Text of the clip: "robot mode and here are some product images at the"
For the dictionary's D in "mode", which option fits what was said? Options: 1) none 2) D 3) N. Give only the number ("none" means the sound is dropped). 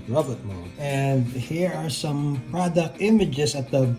1